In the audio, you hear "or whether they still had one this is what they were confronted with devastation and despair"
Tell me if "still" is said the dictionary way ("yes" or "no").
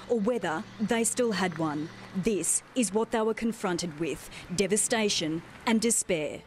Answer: yes